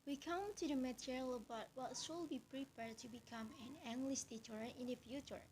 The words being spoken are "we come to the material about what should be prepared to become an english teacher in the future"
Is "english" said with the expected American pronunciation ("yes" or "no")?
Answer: no